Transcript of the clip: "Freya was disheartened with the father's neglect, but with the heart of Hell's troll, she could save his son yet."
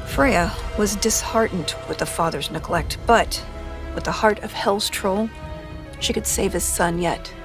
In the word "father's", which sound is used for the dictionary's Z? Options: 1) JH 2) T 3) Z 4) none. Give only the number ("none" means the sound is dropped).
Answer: 3